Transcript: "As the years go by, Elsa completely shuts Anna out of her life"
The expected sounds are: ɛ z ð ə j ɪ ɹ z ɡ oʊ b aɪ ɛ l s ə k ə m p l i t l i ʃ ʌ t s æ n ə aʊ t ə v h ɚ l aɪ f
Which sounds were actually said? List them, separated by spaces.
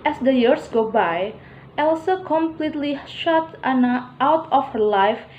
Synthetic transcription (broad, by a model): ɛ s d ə j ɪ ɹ s ɡ oʊ b aɪ ɛ l s ə k ə m p l i t l i ʃ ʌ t ɑ n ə aʊ t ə f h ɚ l aɪ f